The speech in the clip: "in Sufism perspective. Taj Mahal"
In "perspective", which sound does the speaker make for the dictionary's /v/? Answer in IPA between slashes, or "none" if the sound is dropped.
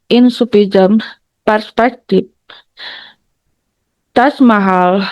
/p/